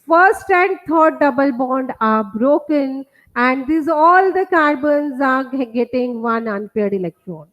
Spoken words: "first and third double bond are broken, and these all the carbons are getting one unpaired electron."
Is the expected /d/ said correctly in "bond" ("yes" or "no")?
yes